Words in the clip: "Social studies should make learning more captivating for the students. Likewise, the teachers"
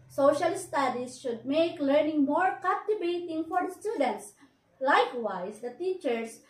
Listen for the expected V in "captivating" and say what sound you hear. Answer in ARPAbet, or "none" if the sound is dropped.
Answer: B